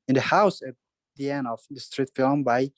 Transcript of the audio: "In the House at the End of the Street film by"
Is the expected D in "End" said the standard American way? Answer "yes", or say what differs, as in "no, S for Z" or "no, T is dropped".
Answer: no, D is dropped